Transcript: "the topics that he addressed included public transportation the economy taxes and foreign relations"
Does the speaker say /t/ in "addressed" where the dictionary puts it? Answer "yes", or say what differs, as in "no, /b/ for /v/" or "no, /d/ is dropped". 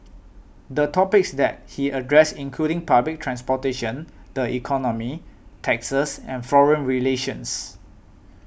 no, /t/ is dropped